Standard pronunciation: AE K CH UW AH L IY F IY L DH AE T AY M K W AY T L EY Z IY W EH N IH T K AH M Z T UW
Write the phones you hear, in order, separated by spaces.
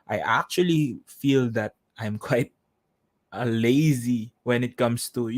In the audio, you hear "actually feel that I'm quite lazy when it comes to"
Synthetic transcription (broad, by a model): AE K CH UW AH L IY F IY L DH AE T AY M K W AY T L EY Z IY W EH N IH T K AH M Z T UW